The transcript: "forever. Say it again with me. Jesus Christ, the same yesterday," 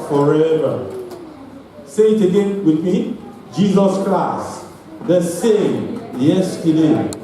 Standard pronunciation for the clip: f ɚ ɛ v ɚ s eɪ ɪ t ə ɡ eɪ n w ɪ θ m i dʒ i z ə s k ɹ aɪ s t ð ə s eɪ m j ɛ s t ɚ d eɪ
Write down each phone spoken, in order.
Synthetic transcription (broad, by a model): f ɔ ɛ v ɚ s eɪ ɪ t ə ɡ eɪ n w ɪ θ m i dʒ i z ə s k l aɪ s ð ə s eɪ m j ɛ s t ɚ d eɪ